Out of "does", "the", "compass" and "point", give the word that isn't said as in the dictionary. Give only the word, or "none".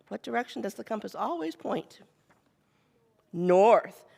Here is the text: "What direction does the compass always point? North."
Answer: none